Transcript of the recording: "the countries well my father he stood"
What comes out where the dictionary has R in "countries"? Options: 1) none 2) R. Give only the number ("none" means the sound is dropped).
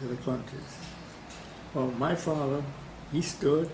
1